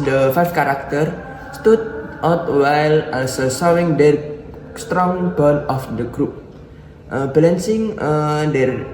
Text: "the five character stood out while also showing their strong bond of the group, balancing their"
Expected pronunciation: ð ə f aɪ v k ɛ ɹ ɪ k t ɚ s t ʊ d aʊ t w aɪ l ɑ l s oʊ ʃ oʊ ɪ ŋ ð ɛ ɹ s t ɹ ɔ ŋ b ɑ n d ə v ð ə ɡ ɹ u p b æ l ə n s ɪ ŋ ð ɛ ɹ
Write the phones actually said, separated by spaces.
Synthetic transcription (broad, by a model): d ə f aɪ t k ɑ ɹ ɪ k t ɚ s t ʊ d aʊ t w aɪ l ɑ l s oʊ s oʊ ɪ ŋ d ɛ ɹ s t ɹ ɔ ŋ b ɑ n ə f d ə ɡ ɹ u p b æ l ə n s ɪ ŋ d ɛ ɹ